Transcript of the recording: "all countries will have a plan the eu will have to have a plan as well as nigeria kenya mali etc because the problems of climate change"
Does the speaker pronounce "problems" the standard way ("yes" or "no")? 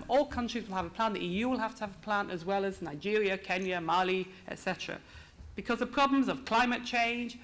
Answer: yes